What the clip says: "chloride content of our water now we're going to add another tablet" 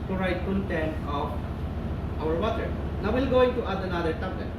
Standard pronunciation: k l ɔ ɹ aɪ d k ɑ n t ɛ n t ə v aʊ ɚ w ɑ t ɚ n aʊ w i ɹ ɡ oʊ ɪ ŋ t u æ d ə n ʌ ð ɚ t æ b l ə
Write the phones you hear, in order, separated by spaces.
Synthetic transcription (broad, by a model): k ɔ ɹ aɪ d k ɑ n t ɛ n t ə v aʊ ɚ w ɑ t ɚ n aʊ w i l ɡ oʊ ɪ ŋ t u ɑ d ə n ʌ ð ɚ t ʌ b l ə